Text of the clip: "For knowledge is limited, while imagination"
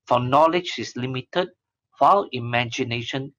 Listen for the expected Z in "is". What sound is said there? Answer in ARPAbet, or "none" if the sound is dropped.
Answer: S